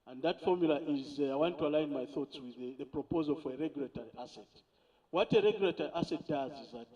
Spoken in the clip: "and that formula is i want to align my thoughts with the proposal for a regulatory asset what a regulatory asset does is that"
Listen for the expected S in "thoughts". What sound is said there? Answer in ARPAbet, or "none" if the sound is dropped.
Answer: S